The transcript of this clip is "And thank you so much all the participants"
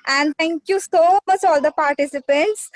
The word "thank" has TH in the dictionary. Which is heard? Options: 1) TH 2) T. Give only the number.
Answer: 2